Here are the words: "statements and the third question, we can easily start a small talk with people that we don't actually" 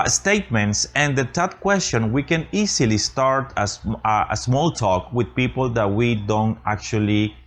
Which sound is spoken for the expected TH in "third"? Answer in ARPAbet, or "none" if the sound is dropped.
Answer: T